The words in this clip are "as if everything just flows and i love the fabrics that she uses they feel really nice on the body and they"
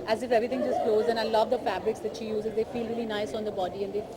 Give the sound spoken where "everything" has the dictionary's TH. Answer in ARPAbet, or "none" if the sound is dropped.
T